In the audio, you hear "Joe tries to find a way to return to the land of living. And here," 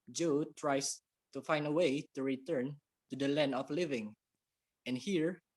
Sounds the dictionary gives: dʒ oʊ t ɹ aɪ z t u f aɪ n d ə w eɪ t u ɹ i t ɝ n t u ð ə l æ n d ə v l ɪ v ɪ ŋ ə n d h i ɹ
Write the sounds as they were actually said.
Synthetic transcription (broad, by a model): dʒ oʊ t ɹ aɪ s t u f aɪ n d ə w eɪ t u ɹ i t ɝ n t u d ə l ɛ n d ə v l ɪ v ɪ ŋ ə n h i ɹ